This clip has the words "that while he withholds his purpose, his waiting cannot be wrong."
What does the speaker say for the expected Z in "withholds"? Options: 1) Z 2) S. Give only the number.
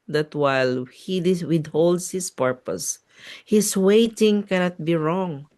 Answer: 2